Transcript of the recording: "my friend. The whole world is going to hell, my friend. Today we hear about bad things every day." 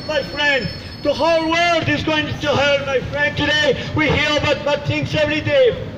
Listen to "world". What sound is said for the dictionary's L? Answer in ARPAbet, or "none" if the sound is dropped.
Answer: L